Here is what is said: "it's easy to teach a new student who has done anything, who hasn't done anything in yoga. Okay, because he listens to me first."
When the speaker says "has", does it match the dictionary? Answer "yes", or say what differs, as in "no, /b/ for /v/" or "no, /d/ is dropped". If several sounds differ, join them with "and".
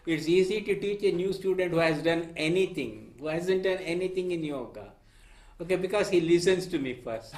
yes